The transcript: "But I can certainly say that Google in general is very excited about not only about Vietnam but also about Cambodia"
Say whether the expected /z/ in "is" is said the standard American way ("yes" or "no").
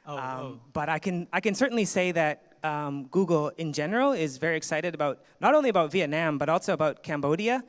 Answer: yes